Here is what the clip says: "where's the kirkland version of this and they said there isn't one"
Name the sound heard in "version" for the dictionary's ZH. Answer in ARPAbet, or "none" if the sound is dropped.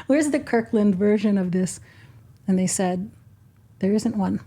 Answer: ZH